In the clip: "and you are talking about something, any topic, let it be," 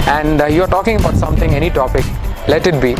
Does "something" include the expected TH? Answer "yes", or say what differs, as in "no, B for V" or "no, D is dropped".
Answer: no, T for TH